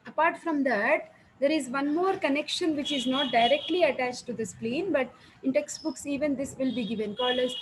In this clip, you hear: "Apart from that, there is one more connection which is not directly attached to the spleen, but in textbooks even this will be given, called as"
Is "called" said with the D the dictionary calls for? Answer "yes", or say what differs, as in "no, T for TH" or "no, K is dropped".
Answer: no, D is dropped